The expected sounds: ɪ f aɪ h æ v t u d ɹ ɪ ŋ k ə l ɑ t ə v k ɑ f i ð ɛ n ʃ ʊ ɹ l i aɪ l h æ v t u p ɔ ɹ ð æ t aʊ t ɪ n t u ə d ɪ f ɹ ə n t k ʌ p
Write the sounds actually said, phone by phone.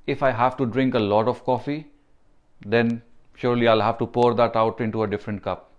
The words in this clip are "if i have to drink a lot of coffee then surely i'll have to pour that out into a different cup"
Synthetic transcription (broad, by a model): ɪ f aɪ h æ v t u d ɹ ɪ ŋ k ə l ɑ t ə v k ɑ f i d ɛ n ʃ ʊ ɹ l i aɪ l h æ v t u p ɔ ɹ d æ t aʊ t ɪ n t u ə d ɪ f ɹ ə n t k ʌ p